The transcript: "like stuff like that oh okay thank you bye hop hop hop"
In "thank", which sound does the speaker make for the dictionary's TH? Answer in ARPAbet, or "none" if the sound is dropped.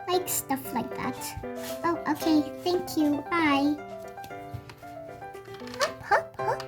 TH